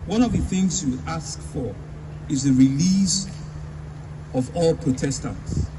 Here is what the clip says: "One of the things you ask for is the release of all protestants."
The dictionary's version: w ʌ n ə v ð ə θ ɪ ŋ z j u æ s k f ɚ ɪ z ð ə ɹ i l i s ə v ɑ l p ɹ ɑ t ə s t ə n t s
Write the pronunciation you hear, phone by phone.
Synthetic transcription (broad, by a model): w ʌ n ə v ð ə θ ɪ ŋ z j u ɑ s k f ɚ ɪ z ð ə ɹ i l i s ə v ɑ l p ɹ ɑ t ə s t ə n t s